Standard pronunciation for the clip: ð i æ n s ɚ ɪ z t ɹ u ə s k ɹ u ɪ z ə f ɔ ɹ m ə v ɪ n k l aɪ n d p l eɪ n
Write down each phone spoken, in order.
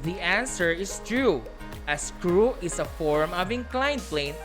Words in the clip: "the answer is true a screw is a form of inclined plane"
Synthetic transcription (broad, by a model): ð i æ n s ɚ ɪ s t ɹ u ə s k ɹ u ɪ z ə f ɔ ɹ m ə v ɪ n k l aɪ n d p l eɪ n